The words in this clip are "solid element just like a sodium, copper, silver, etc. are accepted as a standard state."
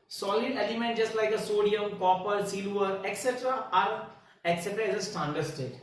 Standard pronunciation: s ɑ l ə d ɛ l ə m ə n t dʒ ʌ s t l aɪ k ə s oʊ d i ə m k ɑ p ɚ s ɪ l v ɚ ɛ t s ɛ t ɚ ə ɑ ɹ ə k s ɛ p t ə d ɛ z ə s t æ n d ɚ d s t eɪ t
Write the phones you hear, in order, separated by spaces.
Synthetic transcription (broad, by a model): s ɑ l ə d ɛ l ə m ə n t dʒ ʌ s t l aɪ k ə s oʊ d i ə m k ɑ p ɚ s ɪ l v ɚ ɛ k s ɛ t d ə ɑ ɹ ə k s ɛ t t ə ɪ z ə s t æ n d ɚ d s t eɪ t